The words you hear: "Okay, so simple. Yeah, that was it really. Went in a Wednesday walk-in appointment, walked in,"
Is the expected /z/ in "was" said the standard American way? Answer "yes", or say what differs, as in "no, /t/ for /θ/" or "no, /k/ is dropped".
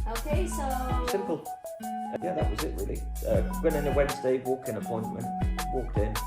yes